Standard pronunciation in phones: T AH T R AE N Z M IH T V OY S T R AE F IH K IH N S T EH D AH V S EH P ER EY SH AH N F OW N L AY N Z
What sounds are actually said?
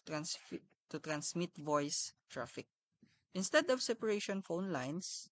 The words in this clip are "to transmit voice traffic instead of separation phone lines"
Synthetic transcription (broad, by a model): T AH T R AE N S M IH T V OY S T R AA F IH K IH N S T EH D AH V S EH P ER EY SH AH N F OW N L AY N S